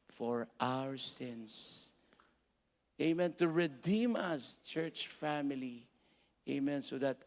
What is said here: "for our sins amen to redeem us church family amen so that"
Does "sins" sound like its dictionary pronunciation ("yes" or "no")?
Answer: no